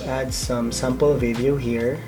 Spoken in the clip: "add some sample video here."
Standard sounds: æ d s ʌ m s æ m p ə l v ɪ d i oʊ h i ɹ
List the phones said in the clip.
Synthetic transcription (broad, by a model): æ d s ʌ m s æ m p ə l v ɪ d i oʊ h i ɹ